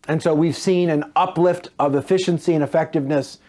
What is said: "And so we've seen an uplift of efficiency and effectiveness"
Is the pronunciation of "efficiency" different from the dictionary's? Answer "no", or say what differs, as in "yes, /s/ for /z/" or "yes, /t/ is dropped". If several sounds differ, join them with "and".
no